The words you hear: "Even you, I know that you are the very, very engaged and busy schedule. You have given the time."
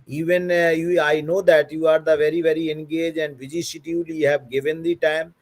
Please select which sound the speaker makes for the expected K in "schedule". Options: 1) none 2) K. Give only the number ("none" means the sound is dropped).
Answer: 1